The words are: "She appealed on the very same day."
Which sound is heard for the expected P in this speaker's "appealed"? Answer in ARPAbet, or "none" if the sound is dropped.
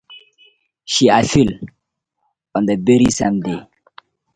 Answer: F